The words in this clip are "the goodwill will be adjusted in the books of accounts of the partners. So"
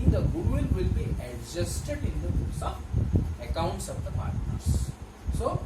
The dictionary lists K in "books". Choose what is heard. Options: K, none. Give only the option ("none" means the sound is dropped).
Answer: none